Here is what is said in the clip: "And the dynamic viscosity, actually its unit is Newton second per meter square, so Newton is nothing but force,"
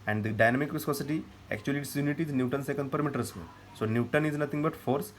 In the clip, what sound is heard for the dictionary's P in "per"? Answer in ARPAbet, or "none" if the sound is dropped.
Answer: P